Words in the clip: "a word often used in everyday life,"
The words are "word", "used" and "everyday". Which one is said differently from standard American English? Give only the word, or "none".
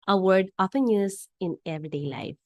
used